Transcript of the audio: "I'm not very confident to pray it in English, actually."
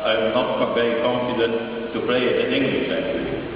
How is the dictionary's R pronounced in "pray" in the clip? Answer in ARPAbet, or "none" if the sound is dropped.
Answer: L